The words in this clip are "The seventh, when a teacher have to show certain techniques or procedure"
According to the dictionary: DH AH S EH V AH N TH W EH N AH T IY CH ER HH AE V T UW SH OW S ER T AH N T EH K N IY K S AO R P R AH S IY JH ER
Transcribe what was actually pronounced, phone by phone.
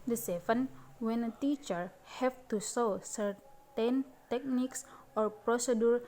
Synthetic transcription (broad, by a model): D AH S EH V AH N W EH N AH T IY CH ER HH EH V T UW S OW S ER T AH N T EH K N IY K S AO R P R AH S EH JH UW